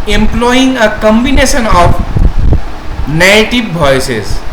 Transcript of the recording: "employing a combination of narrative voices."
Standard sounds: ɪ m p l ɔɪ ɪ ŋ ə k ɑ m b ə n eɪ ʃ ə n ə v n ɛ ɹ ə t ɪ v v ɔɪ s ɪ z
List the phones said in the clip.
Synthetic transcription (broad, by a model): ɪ m p l ɔɪ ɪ ŋ ə k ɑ m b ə n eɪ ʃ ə n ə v n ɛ ə t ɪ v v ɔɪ s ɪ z